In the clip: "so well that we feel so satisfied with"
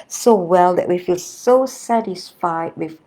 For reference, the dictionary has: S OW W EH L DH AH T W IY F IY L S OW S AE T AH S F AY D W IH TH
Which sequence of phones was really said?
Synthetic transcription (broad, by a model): S OW W EH L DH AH T W IY F IY L S OW S AE T AH S F AY D W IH